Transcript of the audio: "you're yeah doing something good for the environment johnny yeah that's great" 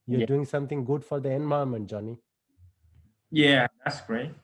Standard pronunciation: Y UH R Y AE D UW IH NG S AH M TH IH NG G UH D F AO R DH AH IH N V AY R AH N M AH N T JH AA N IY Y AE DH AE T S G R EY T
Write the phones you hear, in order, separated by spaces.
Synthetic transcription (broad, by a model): Y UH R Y D UW IH NG S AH M T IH NG G UH D F AO R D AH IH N B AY AH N M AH N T JH AA N IY Y AE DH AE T S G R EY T